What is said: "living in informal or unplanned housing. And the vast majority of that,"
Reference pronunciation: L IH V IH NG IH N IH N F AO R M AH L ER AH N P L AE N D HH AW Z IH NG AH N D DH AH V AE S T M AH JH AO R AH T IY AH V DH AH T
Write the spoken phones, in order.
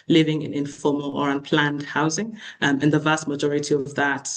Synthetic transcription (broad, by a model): L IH V IH NG IH N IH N F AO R M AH L ER AH N P L AE N D HH AW Z IH NG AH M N DH AH V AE S T M AH JH AO R AH T IY AH V DH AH T